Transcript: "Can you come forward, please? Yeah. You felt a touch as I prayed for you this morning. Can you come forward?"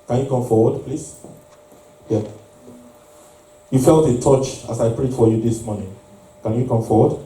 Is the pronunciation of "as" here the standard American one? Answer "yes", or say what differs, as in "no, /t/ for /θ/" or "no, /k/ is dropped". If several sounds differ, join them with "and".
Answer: no, /s/ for /z/